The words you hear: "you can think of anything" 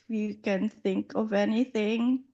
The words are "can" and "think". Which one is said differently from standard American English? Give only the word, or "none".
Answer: none